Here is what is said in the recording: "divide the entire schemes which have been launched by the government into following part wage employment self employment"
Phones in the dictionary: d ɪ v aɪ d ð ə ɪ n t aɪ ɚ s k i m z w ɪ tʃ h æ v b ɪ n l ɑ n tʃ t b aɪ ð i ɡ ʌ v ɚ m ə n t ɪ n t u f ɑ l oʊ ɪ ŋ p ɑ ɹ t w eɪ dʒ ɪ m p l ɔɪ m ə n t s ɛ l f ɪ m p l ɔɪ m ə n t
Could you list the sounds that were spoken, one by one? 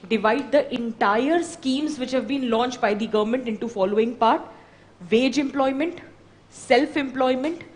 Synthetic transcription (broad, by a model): d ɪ v aɪ d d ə ɪ n t aɪ ɚ s k i m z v ɪ tʃ h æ v b ɪ n l ɑ n tʃ t b aɪ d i ɡ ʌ v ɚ m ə n t ɪ n t u f ɑ l oʊ ɪ ŋ p ɑ ɹ t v eɪ dʒ ɪ m p l ɔɪ m ə n t s ɛ l f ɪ m p l ɔɪ m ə n t